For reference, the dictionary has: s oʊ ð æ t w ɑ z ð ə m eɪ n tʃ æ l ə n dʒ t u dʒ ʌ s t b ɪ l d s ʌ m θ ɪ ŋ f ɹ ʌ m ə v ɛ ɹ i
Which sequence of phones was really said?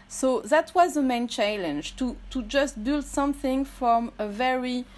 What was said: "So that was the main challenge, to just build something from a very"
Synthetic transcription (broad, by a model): s oʊ ð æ t w ɑ z ð ə m eɪ n tʃ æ l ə n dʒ t u dʒ ʌ s t b ɪ l d s ʌ m θ ɪ ŋ f ɹ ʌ m ə v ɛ ɹ i